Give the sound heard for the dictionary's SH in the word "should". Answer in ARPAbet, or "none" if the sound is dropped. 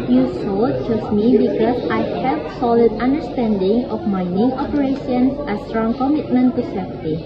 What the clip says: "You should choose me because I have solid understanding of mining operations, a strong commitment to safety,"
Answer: S